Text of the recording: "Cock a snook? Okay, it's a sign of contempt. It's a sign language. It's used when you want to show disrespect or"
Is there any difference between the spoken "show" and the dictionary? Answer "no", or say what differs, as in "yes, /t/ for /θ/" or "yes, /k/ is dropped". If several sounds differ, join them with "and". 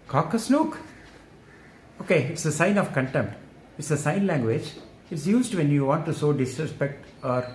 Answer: yes, /s/ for /ʃ/